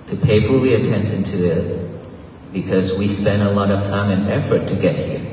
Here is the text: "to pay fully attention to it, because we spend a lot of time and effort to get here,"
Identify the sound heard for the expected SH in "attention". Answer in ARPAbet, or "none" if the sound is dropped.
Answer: S